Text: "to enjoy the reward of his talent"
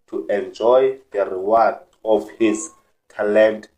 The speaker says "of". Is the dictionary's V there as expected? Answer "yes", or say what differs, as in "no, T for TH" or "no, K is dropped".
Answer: no, F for V